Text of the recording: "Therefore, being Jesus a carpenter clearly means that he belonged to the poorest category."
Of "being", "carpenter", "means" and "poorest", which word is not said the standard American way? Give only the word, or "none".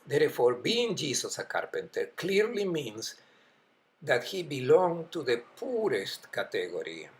means